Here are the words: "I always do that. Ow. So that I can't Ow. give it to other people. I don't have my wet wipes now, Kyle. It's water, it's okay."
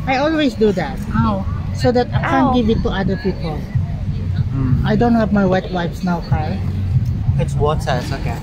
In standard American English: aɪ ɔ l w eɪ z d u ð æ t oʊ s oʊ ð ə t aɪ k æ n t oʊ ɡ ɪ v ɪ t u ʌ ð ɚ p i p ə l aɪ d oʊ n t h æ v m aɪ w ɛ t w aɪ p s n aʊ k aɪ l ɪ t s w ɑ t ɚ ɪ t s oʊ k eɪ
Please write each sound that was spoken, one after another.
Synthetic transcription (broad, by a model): aɪ ɔ l w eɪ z d u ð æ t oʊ s oʊ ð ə t aɪ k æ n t ɡ ɪ v ɪ t u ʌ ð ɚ p i p ə l aɪ d oʊ n t h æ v m aɪ w ɛ t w aɪ f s n aʊ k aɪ ɪ t s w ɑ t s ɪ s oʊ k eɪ